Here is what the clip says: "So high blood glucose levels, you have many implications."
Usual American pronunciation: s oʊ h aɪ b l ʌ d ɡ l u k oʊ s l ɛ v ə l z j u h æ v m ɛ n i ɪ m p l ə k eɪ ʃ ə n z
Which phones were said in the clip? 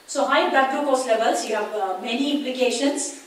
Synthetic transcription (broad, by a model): s oʊ h aɪ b ɛ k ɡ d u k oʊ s l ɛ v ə l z j u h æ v m ɛ n i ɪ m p l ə k eɪ ʃ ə n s